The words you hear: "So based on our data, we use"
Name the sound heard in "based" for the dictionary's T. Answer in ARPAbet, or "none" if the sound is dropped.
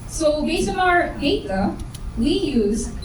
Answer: none